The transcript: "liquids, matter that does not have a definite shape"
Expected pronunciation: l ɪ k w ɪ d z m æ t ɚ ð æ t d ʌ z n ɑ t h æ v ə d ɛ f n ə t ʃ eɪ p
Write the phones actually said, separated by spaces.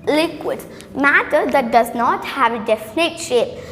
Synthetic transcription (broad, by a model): l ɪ k w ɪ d m æ t ɚ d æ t d ʌ z n ɑ t h æ v ə d ɛ f n ə t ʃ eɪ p